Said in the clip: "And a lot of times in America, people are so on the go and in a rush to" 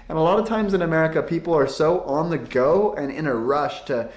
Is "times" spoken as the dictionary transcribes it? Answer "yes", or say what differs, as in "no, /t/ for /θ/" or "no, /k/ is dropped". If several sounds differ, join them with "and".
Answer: yes